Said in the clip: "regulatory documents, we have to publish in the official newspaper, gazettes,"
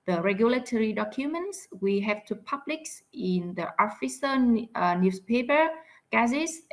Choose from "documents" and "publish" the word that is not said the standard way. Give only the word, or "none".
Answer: publish